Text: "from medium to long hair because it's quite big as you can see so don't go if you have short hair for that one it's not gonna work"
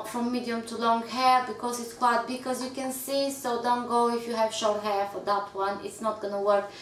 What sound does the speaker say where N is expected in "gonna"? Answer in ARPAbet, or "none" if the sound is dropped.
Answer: N